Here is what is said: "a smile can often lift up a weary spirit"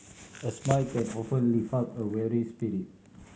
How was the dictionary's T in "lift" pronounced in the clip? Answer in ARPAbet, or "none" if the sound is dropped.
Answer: none